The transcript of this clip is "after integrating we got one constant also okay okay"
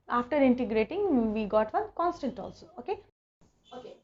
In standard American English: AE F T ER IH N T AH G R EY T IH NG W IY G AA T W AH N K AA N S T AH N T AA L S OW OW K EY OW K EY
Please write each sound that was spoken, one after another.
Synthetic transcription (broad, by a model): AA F T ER IH N T AH G R EY T IH NG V IY G AA T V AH N K AA N S T AH N T AA L S OW OW K EY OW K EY